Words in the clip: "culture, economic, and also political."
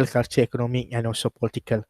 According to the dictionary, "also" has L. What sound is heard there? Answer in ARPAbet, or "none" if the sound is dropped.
none